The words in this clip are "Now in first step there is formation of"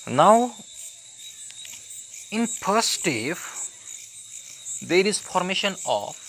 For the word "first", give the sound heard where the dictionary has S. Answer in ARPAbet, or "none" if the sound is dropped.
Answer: none